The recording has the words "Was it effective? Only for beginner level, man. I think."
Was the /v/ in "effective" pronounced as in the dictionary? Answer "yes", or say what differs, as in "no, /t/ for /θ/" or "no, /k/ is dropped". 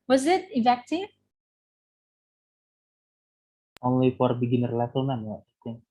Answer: no, /v/ is dropped